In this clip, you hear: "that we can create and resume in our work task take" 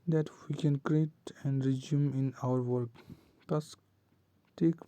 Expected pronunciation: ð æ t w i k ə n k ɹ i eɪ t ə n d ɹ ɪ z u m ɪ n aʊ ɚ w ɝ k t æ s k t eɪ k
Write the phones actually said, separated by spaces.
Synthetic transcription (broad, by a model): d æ t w i k ə n k ɹ i eɪ t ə n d ɹ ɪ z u m ɪ n aʊ ɚ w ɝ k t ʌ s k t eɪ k